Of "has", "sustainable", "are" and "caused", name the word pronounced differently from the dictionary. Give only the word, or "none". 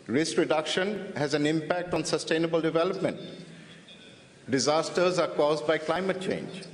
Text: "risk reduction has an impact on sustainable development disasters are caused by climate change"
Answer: none